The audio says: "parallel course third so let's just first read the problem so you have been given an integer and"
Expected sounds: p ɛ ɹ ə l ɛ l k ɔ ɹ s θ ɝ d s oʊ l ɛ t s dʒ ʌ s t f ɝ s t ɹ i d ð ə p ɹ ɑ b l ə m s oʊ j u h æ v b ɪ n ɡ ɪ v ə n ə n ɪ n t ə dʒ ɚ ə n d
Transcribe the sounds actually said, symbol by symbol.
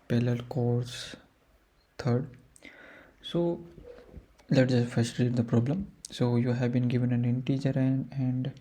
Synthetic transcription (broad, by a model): p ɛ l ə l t k ɔ ɹ s t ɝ d s oʊ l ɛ t dʒ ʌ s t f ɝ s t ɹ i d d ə p ɹ ɑ b l ə m s oʊ j u h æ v b ɪ n ɡ ɪ v ə n ə n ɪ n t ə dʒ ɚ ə n d